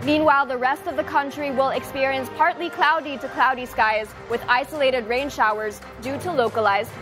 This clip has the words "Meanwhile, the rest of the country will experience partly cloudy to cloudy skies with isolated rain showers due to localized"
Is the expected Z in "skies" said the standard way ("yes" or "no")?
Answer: yes